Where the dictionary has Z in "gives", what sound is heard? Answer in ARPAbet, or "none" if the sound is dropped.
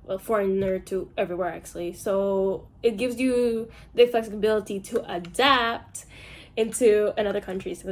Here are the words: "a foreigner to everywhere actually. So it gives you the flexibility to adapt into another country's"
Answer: Z